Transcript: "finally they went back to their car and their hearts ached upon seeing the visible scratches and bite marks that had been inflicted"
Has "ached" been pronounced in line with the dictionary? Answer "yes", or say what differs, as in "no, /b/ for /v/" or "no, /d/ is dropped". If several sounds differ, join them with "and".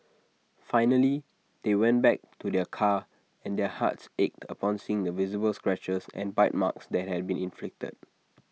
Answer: yes